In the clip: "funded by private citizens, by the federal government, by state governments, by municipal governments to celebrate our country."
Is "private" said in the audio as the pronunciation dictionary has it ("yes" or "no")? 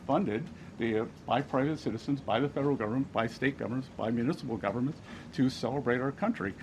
yes